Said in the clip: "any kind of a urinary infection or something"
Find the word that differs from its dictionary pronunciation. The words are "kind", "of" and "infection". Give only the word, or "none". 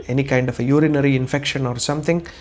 of